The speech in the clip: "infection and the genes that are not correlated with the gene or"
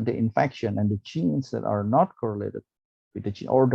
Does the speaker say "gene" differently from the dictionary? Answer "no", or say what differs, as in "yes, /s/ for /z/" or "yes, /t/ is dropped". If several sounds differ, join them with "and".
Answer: yes, /tʃ/ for /dʒ/